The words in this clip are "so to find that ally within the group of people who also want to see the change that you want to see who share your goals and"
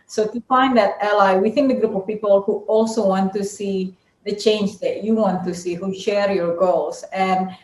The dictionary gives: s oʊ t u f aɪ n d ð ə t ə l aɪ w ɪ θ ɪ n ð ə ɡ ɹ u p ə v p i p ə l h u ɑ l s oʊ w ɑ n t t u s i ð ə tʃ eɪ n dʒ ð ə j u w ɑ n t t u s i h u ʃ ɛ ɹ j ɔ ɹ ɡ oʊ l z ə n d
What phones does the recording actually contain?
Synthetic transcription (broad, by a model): s oʊ t u f aɪ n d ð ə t ə l aɪ w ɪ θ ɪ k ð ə ɡ ɹ u p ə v p i p ə l h u ɑ l s oʊ w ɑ n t t u s i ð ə tʃ eɪ n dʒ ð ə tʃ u w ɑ n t t u s i h u ʃ ɛ ɹ j ɔ ɹ ɡ oʊ l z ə n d